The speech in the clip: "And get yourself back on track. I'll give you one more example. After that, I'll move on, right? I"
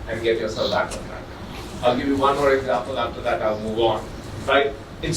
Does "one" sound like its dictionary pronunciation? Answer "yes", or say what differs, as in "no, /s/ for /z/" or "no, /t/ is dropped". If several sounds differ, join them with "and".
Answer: yes